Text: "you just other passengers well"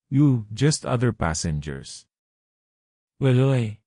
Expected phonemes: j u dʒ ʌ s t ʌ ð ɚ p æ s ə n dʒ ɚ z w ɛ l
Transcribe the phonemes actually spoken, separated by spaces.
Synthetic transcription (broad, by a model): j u dʒ ʌ s t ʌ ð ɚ p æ s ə n dʒ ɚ s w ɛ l